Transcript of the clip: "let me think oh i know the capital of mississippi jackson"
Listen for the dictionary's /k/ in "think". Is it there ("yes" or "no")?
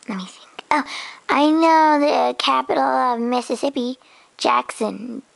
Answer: no